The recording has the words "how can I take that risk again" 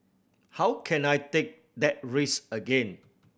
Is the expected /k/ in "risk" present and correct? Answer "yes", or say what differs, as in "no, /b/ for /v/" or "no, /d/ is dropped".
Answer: no, /k/ is dropped